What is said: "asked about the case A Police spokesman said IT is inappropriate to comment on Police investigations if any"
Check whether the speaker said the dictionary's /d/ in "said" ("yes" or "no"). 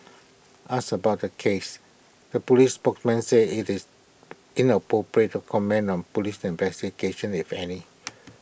no